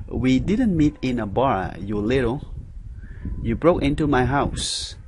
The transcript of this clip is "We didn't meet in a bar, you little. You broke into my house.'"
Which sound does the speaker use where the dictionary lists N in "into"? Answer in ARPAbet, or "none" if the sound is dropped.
N